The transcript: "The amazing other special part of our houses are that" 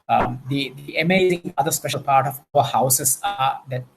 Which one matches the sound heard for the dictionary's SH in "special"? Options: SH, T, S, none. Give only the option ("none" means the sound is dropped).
SH